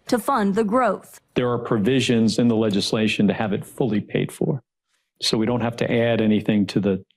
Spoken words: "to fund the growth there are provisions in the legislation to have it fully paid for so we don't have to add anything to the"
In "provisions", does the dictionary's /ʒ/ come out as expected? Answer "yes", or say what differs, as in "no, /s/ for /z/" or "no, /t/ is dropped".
yes